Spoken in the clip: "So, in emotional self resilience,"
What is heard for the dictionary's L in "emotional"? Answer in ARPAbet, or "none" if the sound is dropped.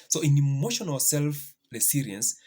W